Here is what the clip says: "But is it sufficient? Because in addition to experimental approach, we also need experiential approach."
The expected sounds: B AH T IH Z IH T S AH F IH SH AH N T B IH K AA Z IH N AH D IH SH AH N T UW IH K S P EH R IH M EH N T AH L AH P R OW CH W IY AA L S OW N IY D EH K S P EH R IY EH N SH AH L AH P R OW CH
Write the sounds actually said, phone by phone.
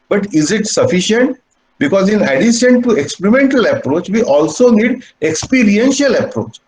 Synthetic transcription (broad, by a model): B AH T IH Z IH T S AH F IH SH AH N T B IH K AA Z IH N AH D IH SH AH N T UW IH K S P EH R IH M EH N T AH L AH P R OW CH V IY AA L S OW N IY D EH K S P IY R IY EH N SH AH L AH P R OW CH